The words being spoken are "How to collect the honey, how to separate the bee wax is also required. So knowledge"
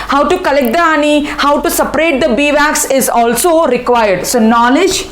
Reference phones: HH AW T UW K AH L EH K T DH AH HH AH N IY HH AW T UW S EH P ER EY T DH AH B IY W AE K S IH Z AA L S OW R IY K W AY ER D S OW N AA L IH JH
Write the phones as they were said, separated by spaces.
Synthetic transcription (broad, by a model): HH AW T UW K AH L EH K T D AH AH N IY HH AW T UW S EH P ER EY T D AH B IY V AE K S IH Z AA L S OW R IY K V AY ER D S OW N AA L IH JH